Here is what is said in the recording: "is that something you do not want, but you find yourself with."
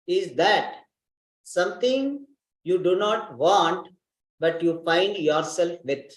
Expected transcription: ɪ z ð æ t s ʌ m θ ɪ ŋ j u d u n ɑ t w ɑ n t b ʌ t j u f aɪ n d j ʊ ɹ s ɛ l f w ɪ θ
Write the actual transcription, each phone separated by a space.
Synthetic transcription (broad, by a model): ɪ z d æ t s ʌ m t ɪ ŋ j u d u n ɑ t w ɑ n t b ʌ t j u f aɪ n d j ʊ ɹ s ɛ l f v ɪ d